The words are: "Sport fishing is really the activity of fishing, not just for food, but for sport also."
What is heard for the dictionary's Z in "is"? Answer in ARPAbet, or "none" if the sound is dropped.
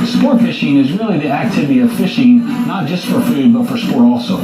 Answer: Z